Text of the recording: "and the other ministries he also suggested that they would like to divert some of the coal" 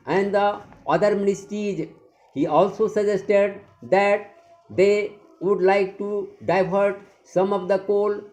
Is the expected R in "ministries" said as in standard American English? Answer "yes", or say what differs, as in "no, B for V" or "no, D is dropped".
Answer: no, R is dropped